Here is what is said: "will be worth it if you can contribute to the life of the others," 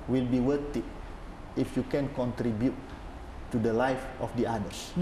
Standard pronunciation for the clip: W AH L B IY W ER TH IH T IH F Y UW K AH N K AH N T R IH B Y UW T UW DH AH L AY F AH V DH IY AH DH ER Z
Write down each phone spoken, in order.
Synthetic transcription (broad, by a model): W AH L B IY W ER T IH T IH F Y UW K AH N K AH N T R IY B Y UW T UW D AH L AY F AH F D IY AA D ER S